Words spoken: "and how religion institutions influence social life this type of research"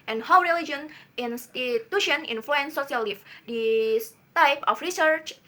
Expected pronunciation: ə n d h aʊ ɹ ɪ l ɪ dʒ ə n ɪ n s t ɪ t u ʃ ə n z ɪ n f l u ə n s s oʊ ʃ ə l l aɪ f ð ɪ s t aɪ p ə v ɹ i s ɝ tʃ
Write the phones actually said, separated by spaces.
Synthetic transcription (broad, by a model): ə n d h aʊ ɹ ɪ l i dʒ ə n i n s t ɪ t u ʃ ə n i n f l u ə n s s oʊ s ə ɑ l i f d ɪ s t aɪ p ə f ɹ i s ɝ tʃ